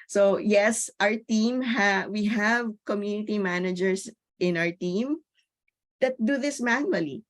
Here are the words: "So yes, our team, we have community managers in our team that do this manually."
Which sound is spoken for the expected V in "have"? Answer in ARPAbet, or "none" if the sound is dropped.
V